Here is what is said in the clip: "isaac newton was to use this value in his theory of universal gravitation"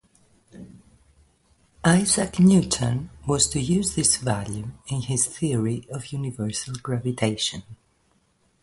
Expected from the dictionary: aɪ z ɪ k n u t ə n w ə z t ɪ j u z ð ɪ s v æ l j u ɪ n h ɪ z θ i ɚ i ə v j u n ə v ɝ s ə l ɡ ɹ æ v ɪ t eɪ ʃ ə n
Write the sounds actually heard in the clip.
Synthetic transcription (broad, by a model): aɪ z ɪ k n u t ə n w ə z t ɪ j u z ð ɪ s v æ l j u ɪ n h ɪ z θ i ɚ i ə v j u n ə v ɝ s ə l ɡ ɹ æ v ɪ t eɪ ʃ ə n